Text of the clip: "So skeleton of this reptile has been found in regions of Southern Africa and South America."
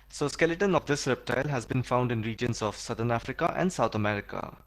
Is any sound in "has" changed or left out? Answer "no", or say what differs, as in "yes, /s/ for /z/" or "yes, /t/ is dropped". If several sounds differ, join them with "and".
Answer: no